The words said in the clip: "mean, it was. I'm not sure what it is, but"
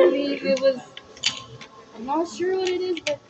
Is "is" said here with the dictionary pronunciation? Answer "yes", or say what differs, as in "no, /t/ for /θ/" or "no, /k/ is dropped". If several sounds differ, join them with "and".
yes